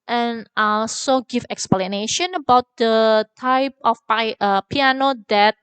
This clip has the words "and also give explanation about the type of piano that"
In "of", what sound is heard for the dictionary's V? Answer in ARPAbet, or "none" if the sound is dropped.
P